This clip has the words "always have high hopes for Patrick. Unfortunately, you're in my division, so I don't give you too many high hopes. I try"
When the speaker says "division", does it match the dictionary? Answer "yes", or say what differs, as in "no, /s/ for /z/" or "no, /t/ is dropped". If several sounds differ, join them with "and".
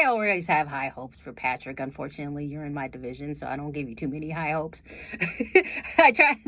yes